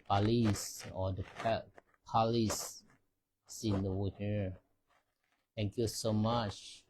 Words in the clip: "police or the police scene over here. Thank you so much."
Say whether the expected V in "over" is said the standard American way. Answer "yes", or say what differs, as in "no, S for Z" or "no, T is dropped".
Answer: no, V is dropped